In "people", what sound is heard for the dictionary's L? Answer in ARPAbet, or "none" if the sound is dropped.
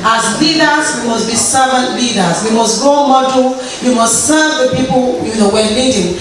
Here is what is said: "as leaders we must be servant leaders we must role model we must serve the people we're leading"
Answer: N